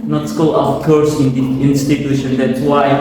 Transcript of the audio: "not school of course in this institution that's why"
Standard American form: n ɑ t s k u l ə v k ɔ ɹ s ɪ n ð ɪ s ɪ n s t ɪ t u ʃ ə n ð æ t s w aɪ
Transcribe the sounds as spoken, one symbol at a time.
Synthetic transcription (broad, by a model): n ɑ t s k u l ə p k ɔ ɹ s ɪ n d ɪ ɪ n s t ɪ t u ʃ ə n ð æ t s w aɪ